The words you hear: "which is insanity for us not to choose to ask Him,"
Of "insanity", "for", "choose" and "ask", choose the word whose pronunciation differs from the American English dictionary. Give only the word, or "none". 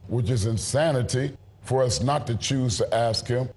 none